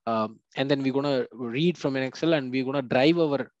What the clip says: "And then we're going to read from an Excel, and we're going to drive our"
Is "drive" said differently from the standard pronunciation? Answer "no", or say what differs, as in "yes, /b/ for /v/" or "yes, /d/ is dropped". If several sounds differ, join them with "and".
no